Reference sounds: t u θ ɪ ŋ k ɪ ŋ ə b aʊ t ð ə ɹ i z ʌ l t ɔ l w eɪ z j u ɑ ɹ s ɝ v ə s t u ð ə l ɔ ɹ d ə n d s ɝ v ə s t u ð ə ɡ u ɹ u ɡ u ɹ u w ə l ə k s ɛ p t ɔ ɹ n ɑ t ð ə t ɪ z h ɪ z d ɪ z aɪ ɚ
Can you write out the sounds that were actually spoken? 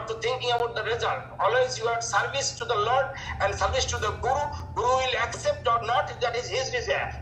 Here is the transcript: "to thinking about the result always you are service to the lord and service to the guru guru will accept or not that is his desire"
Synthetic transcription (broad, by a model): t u t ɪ ŋ k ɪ ŋ ə b aʊ t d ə ɹ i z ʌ l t ɔ l w eɪ z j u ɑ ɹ s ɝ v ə s t u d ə l ɔ ɹ d ə n d s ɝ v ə s t u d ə ɡ u ɹ u ɡ u ɹ u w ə l ə k s ɛ p t ɔ ɹ n ɑ t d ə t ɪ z h ɪ z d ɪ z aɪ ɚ